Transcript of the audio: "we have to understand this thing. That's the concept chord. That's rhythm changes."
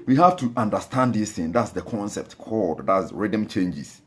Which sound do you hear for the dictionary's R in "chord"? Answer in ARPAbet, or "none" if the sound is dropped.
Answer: L